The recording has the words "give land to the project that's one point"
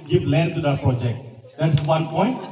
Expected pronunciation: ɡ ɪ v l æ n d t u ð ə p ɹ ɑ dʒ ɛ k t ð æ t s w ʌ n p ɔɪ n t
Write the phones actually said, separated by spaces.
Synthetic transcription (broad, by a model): ɡ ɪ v l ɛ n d t u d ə p ɹ ɑ dʒ ɛ k t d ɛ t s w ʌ n p ɔɪ n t